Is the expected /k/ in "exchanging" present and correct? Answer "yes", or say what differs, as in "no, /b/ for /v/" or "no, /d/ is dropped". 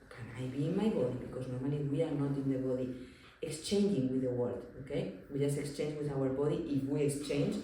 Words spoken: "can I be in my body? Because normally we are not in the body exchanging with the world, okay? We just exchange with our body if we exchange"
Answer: yes